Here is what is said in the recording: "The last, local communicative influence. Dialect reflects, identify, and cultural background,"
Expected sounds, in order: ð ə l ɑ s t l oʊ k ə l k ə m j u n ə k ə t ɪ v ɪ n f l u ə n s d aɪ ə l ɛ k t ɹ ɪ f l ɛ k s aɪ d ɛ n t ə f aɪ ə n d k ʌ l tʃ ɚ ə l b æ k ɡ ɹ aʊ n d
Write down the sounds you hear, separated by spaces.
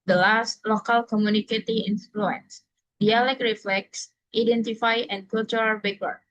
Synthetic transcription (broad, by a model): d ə l ɑ s t l oʊ k ə l k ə m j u n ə k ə t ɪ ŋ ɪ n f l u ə n s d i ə l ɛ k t ɹ ɪ f l ɛ k s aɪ d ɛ n t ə f aɪ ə n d k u l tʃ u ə l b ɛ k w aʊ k